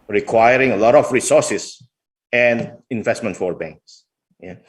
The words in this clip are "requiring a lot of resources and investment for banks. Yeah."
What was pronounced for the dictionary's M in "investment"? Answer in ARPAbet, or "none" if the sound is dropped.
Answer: M